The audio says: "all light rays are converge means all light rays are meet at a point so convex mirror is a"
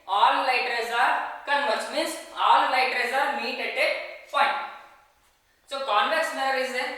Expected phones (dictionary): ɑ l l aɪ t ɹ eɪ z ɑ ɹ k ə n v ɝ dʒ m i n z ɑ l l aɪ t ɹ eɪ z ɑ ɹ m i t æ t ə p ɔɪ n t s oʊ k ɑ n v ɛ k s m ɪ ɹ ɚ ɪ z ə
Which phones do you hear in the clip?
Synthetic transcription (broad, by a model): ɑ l l aɪ t ɹ eɪ z ɑ ɹ k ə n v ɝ tʃ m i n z ɑ l l aɪ t ɹ eɪ z ɑ ɹ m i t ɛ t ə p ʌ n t s oʊ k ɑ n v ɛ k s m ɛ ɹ ɪ z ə